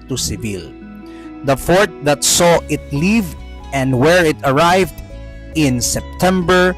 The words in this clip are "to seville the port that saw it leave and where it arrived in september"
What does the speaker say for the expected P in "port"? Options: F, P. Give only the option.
F